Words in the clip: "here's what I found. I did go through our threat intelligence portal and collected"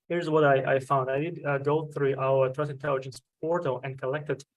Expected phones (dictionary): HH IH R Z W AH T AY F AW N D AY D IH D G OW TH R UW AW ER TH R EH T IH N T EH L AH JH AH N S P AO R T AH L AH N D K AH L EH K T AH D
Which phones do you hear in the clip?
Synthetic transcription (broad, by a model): HH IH R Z W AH T AY F AW N D AY D IH D G OW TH R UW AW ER T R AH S IH N T EH L AH JH AH N S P AO R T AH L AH N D K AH L EH K T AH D